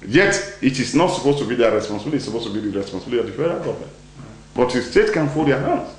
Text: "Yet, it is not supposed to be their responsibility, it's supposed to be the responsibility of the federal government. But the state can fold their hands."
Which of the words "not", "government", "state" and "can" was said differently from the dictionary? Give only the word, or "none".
government